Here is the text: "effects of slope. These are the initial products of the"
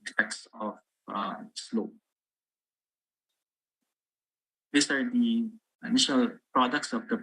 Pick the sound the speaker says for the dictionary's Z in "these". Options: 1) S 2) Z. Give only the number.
1